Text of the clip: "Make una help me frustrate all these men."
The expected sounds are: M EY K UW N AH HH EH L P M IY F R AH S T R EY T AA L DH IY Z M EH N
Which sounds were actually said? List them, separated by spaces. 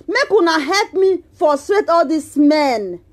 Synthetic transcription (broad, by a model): M EY K UW N AH HH EH L P M IY F AO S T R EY T AA L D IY S M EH N